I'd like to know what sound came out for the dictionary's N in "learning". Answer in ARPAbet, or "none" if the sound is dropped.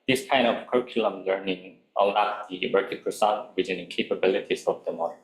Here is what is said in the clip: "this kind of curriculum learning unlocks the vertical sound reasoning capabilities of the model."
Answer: N